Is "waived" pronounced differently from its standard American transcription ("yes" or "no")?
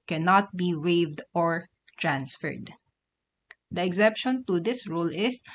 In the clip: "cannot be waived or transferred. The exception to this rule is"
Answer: no